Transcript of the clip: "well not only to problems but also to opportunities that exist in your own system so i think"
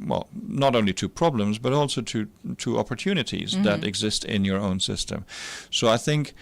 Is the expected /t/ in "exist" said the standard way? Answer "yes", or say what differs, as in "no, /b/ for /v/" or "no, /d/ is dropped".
yes